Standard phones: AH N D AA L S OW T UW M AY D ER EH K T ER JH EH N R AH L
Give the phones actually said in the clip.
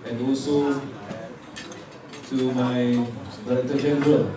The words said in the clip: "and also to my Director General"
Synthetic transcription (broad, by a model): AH N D AA L S OW T UW M AY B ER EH T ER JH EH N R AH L